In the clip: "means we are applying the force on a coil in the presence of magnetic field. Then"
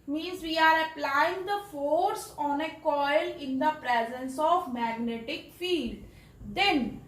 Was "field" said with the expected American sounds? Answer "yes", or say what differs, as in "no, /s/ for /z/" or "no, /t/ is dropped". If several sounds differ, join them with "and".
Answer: yes